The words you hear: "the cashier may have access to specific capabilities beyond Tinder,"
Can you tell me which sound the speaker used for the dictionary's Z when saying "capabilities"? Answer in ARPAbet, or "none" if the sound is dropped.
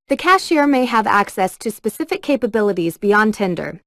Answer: Z